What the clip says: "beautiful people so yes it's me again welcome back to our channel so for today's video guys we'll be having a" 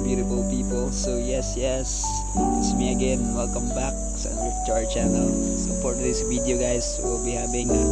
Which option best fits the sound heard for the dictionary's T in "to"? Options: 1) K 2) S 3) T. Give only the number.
2